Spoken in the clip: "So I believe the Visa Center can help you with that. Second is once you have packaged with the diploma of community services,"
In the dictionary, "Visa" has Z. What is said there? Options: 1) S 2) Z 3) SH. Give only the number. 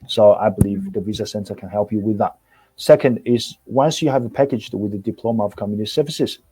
2